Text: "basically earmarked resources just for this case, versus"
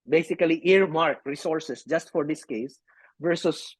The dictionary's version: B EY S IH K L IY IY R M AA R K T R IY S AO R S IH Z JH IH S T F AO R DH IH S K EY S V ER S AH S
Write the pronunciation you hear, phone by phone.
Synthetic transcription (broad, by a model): B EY S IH K L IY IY R M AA R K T R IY S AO R S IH S JH IH S T F AO R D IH S K EY S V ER S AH S